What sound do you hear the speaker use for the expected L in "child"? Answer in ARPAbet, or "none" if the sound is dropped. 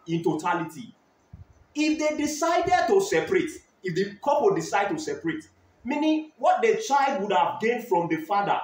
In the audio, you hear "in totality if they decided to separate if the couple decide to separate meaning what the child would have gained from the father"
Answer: L